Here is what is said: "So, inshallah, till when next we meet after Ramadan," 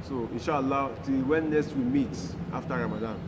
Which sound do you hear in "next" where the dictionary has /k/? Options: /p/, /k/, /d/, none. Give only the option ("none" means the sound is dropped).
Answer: none